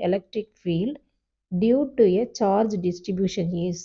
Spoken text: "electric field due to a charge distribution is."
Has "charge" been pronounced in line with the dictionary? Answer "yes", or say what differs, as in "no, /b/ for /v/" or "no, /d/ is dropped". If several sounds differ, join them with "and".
yes